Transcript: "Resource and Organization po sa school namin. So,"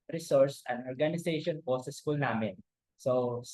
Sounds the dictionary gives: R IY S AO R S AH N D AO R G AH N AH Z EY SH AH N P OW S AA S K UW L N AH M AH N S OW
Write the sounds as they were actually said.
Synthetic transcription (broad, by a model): R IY S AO R S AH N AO R G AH N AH S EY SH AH N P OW S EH S K UW L N AH M AH N S OW